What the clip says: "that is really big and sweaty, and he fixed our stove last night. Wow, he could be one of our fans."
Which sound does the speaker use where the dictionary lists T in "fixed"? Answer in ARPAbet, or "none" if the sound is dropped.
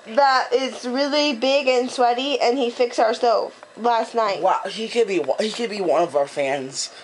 none